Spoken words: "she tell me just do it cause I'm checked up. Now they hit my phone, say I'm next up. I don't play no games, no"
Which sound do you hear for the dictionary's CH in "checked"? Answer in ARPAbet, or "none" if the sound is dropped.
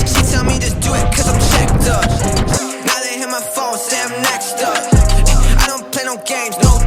SH